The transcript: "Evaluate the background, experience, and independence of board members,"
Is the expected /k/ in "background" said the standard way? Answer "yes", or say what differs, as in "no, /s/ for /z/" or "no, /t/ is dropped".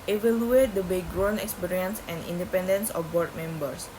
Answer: no, /k/ is dropped